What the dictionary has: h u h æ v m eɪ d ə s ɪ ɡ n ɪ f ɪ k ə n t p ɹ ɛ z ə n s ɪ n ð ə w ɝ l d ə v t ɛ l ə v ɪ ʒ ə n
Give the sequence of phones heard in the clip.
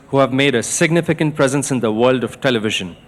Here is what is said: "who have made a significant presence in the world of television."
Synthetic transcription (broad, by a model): h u h æ v m eɪ d ə s ɪ ɡ n ɪ f ɪ k ə n t p ɹ ɛ z ə n s ɪ n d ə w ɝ l d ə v t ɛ l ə v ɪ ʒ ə n